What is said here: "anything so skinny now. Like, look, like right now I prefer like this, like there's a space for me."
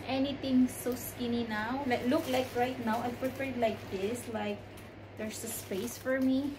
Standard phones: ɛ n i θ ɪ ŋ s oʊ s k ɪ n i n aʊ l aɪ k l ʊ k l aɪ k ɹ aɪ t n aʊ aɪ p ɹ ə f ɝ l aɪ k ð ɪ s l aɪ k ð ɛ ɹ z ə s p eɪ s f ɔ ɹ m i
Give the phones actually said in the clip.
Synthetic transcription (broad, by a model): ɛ n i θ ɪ ŋ s oʊ s k ɪ n i n aʊ l aɪ k l ʊ k l aɪ k ɹ aɪ t n aʊ aɪ p ɹ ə p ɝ l aɪ k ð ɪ s l aɪ k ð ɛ ɹ s ə s p eɪ s f ɔ ɹ m i